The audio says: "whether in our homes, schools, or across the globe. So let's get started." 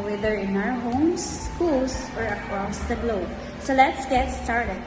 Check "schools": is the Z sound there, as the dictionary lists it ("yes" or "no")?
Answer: no